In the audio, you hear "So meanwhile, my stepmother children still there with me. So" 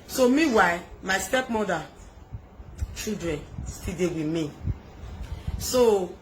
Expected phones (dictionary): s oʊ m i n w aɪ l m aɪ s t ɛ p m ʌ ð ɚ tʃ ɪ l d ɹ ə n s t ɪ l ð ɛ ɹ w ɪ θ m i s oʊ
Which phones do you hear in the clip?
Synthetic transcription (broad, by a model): s oʊ m i w aɪ m aɪ s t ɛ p m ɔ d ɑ tʃ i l d ɹ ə n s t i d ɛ w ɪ m i s oʊ